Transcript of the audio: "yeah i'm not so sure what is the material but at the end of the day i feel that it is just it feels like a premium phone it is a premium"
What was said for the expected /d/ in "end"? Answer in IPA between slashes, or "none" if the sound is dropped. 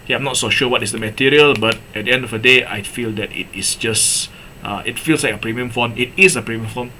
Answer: /d/